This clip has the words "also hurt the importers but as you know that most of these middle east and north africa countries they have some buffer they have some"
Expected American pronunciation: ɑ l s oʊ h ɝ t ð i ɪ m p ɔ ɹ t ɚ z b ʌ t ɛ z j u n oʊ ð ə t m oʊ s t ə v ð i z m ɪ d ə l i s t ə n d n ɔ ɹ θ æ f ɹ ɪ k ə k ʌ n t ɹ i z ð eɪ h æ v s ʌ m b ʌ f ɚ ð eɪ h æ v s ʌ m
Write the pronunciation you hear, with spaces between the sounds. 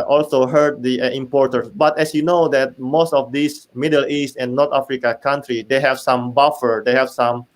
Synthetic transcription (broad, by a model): ɑ l s oʊ h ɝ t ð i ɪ m p ɔ ɹ t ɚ s b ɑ t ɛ s j u n oʊ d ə t m oʊ s t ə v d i s m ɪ d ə l i s t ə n n ɔ ɹ t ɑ f ɹ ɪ k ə k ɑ n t ɹ i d eɪ h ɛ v s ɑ m b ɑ f ɚ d eɪ h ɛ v s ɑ m